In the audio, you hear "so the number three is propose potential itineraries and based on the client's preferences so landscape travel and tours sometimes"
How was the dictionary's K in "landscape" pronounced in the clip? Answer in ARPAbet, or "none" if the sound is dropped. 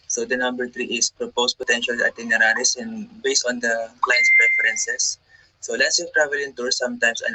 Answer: none